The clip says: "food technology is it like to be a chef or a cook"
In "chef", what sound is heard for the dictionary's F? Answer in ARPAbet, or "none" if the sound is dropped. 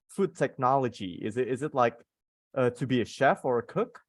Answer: F